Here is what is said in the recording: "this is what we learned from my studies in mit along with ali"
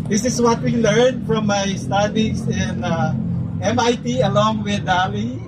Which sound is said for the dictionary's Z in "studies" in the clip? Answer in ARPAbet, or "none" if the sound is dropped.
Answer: S